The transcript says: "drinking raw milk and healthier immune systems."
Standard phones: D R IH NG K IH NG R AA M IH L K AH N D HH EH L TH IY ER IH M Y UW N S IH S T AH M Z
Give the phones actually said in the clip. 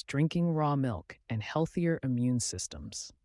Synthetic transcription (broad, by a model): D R IH NG K IH NG R AA M IH L K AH N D HH EH L TH IY ER IH M Y UW N S IH S T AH M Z